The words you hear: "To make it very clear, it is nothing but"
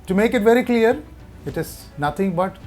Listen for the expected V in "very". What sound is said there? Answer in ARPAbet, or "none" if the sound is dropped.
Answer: V